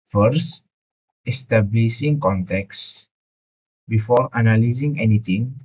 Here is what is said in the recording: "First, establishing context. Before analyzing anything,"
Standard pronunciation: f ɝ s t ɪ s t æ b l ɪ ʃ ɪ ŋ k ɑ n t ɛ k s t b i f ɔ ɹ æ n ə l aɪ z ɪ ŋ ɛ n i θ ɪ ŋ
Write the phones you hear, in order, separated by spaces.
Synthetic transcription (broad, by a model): f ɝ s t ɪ s t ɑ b l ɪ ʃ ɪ ŋ k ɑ n t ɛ k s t b i f ɔ ɹ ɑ n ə l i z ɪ ŋ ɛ n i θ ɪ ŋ